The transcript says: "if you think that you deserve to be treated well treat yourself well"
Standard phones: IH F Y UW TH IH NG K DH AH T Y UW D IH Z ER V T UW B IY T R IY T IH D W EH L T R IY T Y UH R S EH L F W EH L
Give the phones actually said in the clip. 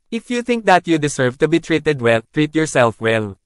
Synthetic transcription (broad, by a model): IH F Y UW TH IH NG K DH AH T Y UW D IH S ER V T UW B IY T R IY T IH D W EH L T R IY T Y UH R S EH L F W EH L